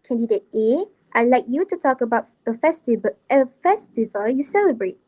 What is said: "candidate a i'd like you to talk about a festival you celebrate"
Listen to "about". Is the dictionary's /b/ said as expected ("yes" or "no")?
yes